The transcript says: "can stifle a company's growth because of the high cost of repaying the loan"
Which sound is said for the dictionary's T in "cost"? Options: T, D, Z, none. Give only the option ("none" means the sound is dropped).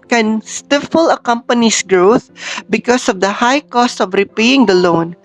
T